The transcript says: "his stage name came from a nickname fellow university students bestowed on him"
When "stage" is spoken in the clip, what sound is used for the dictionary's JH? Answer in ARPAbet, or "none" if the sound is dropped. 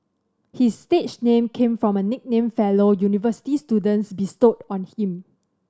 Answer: CH